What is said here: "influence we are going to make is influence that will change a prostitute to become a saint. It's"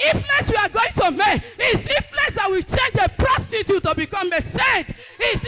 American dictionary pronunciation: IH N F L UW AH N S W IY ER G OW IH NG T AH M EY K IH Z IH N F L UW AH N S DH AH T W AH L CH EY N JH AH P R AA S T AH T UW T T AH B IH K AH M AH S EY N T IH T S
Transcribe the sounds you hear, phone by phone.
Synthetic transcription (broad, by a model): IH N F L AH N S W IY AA G OW IH NG T AH M EY K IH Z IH F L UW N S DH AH T W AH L CH EY N JH AH P R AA S T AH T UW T T AH B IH K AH M AH S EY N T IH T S